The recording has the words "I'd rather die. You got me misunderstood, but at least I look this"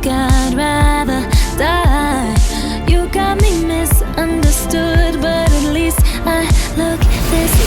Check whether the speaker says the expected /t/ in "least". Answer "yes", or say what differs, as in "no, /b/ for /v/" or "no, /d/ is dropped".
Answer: yes